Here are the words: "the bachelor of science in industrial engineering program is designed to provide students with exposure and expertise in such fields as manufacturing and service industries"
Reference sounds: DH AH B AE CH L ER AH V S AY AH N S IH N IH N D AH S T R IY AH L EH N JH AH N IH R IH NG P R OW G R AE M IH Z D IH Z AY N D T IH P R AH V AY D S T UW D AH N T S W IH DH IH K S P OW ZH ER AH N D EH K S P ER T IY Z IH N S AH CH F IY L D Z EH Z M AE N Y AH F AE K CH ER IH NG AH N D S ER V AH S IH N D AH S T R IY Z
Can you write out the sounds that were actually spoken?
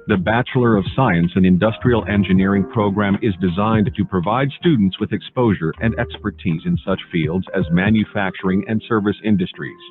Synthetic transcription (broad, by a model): DH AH B AE CH L ER AH V S AY AH N S IH N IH N D AH S T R IY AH L EH N JH AH N IH R IH NG P R OW G R AE M IH Z D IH Z AY N T IH P R AH V AY D S T UW D N T S W IH DH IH K S P OW ZH ER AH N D EH K S P ER T IY Z IH N S AH CH F IY L D Z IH Z M AE N Y AH F AE K CH ER IH NG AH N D S ER V AH S IH N D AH S T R IY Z